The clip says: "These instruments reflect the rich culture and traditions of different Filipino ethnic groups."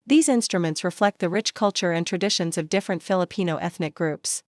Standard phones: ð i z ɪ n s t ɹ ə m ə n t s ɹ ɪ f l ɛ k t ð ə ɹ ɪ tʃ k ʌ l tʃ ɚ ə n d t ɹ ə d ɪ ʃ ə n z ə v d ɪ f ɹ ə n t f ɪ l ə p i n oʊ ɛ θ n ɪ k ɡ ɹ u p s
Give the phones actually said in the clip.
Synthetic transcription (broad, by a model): ð i z ɪ n s t ɹ ə m ə n t s ɹ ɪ f l ɛ k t ð ə ɹ ɪ tʃ k ʌ l tʃ ɚ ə n t ɹ ə d ɪ ʃ ə n z ə v d ɪ f ɹ ə n t f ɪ l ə p i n oʊ ɛ θ n ɪ k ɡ ɹ u p s